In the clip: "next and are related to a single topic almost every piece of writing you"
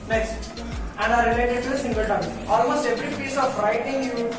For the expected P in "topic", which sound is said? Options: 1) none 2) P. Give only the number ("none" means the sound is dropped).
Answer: 1